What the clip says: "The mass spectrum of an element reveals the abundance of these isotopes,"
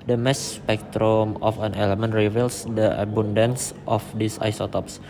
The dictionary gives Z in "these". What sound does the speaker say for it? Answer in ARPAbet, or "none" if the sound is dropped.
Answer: S